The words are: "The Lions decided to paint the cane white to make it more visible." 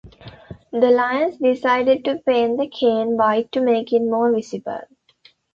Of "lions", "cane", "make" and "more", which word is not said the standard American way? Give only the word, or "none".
lions